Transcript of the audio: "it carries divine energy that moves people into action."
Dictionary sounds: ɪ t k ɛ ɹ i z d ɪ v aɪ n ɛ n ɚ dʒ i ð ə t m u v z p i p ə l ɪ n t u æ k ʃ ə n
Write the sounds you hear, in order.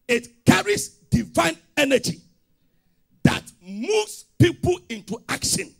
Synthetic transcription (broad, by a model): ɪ t k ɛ ɹ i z d ɪ v aɪ n ɛ n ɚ dʒ i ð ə t m u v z p i p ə l ɪ n t u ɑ k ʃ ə n